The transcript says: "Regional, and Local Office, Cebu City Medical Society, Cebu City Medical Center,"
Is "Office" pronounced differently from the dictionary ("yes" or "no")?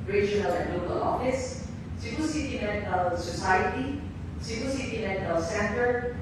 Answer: no